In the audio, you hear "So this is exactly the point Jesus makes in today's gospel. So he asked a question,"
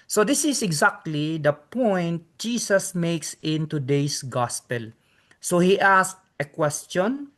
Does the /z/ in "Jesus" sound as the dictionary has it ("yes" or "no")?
no